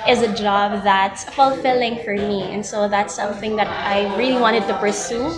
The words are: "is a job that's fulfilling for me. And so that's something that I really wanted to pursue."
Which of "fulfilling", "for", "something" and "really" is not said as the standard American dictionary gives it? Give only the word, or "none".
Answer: none